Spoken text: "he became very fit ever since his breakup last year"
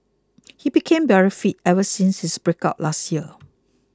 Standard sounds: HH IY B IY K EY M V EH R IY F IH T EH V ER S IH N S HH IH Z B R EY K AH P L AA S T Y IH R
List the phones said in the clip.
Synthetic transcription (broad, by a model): HH IY B IY K EY M B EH R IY F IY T EH V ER S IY N S HH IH S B R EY K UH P L AA S T Y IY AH